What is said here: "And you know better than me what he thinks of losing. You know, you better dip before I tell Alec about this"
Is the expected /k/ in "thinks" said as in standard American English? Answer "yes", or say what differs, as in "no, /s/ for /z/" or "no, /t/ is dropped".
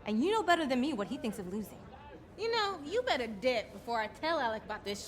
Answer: yes